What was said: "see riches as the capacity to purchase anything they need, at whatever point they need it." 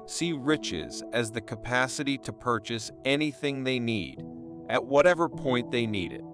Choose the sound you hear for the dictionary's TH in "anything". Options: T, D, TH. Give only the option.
TH